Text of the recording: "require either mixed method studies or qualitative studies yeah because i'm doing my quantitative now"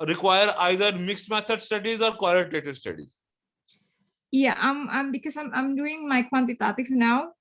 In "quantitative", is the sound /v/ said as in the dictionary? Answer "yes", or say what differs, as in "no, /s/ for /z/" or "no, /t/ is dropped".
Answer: no, /f/ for /v/